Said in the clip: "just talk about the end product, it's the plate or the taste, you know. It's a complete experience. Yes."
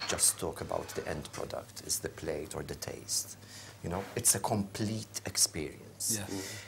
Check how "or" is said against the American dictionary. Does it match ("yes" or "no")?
yes